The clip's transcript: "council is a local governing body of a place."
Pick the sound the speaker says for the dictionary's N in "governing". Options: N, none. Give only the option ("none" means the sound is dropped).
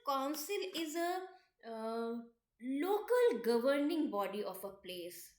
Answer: N